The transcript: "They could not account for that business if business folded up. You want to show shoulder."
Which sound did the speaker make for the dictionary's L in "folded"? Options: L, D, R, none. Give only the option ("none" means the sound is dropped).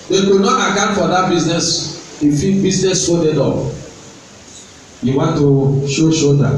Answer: none